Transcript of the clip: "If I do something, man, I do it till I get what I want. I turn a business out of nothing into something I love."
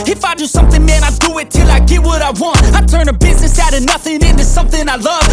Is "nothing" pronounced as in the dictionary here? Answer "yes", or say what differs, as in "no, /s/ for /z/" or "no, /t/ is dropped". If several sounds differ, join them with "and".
yes